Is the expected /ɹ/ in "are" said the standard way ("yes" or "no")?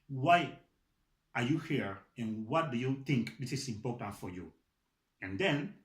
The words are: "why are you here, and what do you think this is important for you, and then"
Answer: yes